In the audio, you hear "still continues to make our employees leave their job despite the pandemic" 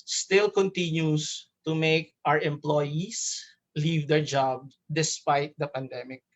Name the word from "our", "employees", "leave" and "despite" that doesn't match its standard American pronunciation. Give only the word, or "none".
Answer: employees